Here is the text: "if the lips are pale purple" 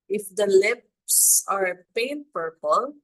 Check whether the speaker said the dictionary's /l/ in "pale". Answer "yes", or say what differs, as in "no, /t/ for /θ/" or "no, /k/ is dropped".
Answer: no, /n/ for /l/